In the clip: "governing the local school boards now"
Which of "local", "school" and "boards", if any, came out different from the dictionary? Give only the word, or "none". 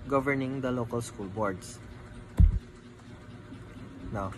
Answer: boards